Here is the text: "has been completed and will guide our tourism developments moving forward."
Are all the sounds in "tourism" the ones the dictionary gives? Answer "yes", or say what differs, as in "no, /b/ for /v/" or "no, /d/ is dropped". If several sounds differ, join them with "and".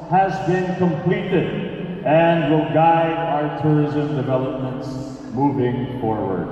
yes